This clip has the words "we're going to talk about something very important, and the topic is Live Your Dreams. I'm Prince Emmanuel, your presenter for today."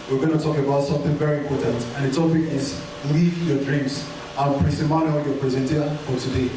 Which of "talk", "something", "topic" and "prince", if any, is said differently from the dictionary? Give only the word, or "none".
prince